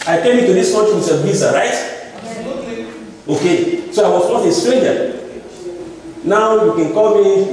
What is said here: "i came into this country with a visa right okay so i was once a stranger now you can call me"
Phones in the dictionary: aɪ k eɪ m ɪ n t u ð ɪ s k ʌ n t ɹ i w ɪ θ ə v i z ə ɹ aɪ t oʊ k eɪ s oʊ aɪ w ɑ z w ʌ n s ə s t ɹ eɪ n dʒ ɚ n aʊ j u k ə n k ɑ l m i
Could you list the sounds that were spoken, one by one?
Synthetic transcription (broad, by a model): aɪ k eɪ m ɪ t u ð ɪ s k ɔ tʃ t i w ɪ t ə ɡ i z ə ɹ aɪ t oʊ k eɪ s oʊ aɪ w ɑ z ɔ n ə s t ɹ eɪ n dʒ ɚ n aʊ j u k ə n k ɑ l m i